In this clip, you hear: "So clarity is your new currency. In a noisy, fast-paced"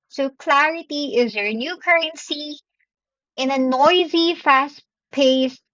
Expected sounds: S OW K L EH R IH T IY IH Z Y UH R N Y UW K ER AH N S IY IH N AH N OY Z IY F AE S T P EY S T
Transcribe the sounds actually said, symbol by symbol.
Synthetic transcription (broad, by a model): S OW K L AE R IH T IY IH Z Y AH R N Y UW K ER AH N S IY IH N AH N OY Z IY F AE S P EY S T